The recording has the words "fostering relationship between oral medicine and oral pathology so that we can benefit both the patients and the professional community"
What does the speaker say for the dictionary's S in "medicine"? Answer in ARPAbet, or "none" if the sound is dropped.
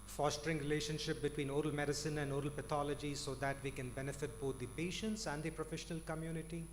S